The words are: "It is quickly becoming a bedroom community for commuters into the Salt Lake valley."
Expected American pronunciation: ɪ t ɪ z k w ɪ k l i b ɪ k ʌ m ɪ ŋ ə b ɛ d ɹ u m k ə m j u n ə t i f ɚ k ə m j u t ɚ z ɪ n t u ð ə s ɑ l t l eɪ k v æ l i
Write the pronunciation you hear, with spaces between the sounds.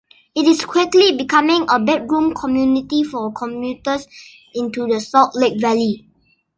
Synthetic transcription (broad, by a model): ɪ t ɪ s k w ɪ k l i b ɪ k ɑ m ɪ ŋ ə b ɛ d ɹ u m k ə m j u n ə t i f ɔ k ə m j u t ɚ s ɪ n t u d ə s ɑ t l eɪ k v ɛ l i